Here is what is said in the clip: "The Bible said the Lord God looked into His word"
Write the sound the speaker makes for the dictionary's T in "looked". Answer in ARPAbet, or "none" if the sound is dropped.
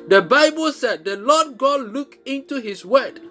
none